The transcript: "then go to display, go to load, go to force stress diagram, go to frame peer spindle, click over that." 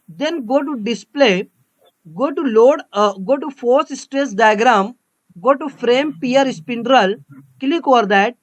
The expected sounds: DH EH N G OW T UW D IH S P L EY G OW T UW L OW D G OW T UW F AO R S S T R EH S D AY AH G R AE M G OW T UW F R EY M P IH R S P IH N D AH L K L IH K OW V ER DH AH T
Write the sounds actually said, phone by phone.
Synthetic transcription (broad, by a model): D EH N G OW T UW D IH S P L EY G OW T UW L OW D G OW T UW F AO R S S T R EH S D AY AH G R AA M G OW T UW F R EY M P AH R S P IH N D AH L K L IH K OW V ER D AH T